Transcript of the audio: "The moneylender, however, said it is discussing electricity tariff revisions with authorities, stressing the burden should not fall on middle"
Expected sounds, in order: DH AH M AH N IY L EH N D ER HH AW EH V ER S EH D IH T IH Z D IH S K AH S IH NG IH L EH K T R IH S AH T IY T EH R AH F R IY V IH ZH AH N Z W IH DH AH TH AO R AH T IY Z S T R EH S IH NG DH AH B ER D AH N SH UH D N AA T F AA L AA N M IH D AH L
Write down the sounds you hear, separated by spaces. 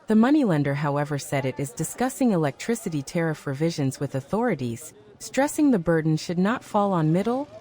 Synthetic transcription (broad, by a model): DH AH M AH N IY L EH N D ER HH AW EH V ER S EH D IH T IH Z D IH S K AH S IH NG IH L EH K T R IH S AH T IY T EH R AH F R IY V IH ZH AH N Z W IH DH AH TH AO R AH T IY Z S T R EH S IH NG DH AH B ER D N SH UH D N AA T F AA L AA N M IH D L